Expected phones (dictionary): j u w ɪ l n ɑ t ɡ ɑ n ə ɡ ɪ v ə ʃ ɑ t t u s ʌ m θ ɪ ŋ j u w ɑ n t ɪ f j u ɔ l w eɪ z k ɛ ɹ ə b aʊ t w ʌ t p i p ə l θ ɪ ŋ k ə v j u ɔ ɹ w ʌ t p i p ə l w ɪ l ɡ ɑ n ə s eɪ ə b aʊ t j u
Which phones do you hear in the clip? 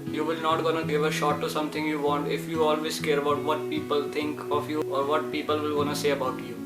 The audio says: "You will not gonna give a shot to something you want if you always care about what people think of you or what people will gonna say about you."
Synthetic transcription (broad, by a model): j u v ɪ l n ɑ t ɡ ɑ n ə ɡ ɪ v ə ʃ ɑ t t u s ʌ m t ɪ ŋ j u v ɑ n t ɪ f j u ɔ l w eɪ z k ɛ ɹ ə b aʊ t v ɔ t p i p ə l t ɪ ŋ k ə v j u ɔ ɹ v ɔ t p i p ə l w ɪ l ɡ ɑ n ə s eɪ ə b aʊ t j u